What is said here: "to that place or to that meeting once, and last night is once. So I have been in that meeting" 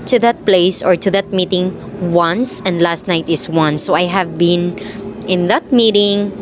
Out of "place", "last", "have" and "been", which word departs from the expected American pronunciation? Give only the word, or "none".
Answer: none